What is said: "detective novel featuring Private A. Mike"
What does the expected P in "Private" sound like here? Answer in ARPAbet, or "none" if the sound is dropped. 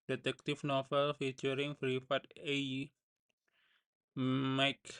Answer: F